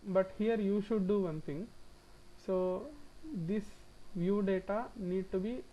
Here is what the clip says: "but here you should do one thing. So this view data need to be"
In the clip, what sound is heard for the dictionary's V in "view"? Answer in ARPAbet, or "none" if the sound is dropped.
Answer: V